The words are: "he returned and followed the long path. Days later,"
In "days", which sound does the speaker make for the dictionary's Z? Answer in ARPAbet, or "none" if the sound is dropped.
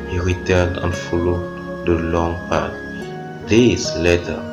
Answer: S